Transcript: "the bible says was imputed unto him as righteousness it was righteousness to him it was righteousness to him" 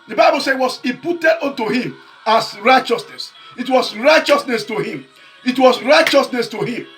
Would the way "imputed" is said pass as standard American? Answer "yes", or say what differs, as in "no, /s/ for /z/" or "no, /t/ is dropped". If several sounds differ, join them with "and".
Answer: no, /m/ is dropped